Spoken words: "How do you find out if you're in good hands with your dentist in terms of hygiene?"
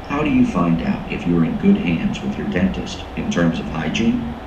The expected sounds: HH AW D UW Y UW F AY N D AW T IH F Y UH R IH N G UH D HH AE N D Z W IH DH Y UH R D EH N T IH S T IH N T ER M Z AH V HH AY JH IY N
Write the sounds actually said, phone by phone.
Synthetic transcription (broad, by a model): HH AW D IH Y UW F AY N D AW T IH F Y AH R IH N G UH D HH AE N D Z W IH DH Y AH R D EH N T IH S T IH N T ER M Z AH V HH AY JH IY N